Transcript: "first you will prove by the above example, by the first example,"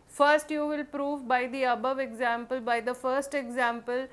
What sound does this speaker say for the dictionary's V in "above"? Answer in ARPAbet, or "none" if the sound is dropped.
V